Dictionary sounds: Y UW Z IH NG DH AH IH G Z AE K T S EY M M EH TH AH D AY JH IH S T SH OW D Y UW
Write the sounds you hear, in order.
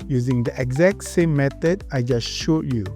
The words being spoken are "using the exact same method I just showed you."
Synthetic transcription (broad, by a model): Y UW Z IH NG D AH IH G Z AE K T S EY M M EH T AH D AY JH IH S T SH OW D Y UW